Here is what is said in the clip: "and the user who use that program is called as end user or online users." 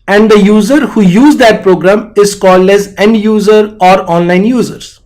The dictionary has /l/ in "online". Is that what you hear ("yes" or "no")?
yes